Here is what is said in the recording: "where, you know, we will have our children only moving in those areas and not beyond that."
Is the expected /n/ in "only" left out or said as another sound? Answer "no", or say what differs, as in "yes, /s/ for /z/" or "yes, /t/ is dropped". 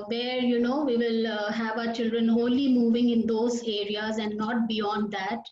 yes, /n/ is dropped